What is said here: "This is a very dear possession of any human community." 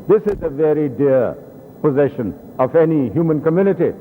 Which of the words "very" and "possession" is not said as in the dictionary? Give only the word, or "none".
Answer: none